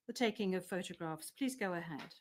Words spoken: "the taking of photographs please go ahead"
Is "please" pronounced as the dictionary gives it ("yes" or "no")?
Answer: yes